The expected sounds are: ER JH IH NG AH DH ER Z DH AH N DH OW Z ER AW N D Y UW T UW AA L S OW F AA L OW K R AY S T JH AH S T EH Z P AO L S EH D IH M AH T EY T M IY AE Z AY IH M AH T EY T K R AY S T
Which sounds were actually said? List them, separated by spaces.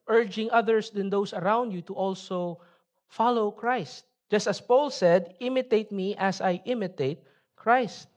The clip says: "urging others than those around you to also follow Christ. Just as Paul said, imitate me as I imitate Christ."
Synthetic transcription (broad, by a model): ER JH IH NG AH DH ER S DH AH N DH OW S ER AW N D Y UW T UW AA L S OW F AA L OW K R AY S T JH AH S T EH S P AO L S EH D IH M AH T EY T M IY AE S AY IH M AH T EY T K R AY S T